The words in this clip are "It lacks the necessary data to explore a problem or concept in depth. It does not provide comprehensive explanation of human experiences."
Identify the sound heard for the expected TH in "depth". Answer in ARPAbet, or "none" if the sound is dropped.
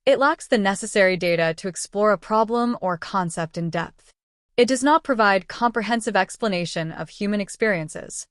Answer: TH